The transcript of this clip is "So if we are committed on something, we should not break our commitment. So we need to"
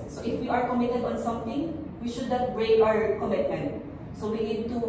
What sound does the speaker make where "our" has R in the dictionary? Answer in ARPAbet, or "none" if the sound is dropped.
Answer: R